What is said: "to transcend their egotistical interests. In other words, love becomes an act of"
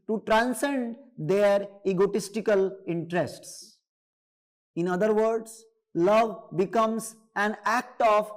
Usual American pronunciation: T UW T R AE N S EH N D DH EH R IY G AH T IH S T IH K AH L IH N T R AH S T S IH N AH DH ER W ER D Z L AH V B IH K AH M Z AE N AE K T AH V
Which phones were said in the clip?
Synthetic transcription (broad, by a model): T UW T R AE N S EH N D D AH R IY G AH T IH S T IH K AH L IH N T R AH S T S IH N AH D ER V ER D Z L AH V B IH K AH M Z AE N AE K T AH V